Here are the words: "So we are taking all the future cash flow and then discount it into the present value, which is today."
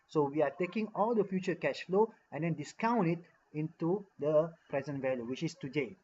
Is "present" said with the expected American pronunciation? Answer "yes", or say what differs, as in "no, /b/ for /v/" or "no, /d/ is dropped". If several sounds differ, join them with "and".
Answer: yes